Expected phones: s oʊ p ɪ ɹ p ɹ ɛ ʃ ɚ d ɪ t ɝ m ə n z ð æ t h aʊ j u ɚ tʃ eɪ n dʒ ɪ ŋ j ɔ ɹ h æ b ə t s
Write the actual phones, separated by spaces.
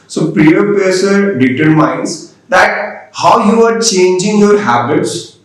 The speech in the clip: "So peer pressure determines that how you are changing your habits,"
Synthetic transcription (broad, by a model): s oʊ p ɹ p ɛ s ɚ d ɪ t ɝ m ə n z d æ t h aʊ j u ɚ tʃ eɪ n dʒ ɪ ŋ j ɔ ɹ h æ b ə t s